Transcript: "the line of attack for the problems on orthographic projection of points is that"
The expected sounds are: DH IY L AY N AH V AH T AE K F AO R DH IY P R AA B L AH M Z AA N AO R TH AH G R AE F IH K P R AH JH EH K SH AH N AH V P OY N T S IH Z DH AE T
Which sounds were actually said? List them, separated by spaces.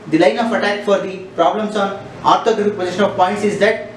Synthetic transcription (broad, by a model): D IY L AY N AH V AH T AE K F AO R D IY P R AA B L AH M S AA N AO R T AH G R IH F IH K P AH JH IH SH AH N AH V P OY N T S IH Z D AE T